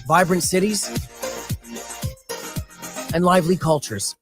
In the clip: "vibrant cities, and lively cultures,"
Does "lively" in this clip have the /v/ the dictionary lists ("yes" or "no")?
yes